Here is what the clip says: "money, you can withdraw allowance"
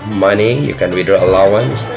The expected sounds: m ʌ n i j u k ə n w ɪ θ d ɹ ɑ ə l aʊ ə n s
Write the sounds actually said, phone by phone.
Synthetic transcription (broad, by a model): m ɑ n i j u k ə n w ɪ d ɑ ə l aʊ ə n s